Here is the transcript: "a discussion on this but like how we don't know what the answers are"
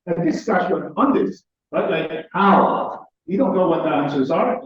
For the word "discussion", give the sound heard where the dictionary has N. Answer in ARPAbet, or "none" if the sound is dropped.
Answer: none